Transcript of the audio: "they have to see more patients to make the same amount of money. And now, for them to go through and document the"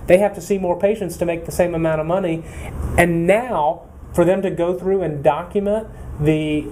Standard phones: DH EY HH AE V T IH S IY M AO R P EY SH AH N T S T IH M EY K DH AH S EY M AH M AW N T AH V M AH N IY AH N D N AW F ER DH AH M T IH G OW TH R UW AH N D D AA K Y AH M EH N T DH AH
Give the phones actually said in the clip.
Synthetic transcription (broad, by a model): DH EY HH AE F T IH S IY M AO R P EY SH AH N T S T IH M EY K DH AH S EY M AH M AW T AH V M AH N IY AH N N AW F ER DH AH M T IH G OW TH R UW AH N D D AA K Y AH M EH N DH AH